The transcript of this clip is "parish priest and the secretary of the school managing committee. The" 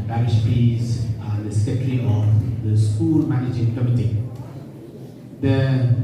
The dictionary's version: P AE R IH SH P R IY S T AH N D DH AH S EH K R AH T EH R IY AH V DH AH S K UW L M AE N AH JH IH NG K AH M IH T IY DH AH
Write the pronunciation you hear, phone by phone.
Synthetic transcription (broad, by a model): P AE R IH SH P IY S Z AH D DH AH S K AH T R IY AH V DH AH S K UW L M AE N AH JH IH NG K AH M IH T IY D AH